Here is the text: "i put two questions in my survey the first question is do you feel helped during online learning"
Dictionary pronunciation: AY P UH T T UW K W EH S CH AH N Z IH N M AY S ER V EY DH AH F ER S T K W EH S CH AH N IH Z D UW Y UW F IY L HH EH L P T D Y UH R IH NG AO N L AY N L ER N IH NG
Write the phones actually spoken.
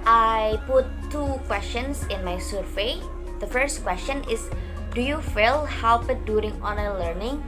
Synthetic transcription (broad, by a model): AY P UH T T UW K W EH S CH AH N S IH N M AY S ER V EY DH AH F ER S T K W EH S CH AH N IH S D UW Y UW F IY L HH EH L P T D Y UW R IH NG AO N AH L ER N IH NG